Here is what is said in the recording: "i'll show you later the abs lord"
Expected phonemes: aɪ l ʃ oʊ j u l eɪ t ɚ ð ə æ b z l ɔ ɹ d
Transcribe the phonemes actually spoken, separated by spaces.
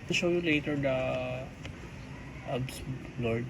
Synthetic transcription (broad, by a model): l ʃ oʊ j u l eɪ t ɚ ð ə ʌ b s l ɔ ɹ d